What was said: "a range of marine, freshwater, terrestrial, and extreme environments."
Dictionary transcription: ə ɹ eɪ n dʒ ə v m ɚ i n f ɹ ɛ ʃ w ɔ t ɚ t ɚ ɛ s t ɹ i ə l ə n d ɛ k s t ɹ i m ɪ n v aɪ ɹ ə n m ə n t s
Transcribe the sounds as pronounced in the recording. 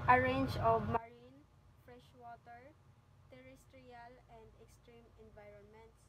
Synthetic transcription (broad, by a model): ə ɹ eɪ n dʒ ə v m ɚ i n f ɹ ɛ ʃ w ɔ t ɚ t ɚ ɛ s t ɹ i ə l ə n d ɛ k s t ɹ i m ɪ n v aɪ ɹ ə n m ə n t s